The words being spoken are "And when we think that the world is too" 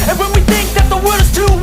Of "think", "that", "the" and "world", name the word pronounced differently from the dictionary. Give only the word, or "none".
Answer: world